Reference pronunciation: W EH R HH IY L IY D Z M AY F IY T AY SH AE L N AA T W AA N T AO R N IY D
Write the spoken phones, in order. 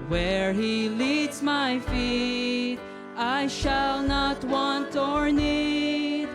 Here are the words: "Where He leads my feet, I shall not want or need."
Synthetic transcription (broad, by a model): W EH R HH IY L IY D Z M AY F IY T AY SH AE L N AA T W AA N T AO R N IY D